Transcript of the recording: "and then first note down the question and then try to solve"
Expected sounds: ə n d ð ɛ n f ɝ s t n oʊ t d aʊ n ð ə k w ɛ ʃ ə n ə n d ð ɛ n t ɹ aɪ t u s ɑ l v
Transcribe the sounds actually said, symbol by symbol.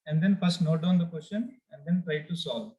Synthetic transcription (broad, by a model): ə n d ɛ n p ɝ s n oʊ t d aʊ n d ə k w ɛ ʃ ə n ə n d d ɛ n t ɹ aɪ t u s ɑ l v